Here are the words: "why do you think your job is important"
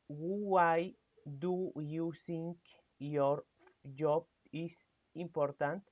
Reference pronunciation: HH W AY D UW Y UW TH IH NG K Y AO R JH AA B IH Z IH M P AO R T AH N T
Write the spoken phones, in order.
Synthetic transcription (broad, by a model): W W AY D UW Y UW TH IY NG K Y AO R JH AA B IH S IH M P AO R T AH N T